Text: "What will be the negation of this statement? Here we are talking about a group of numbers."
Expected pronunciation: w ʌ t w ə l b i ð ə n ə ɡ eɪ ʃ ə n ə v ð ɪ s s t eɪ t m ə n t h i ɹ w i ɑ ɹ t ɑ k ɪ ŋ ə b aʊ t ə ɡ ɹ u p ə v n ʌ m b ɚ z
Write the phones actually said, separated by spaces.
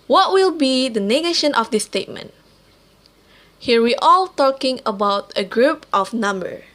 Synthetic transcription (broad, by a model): w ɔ t w ə l b i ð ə n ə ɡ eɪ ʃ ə n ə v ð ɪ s s t eɪ t m ə n t h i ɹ w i ɑ l t ɑ k ɪ ŋ ə b aʊ t ə ɡ ɹ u p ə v n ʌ m b ɚ